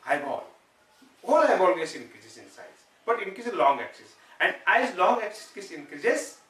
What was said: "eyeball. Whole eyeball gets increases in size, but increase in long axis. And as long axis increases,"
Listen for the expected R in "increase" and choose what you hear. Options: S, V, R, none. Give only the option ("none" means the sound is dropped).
none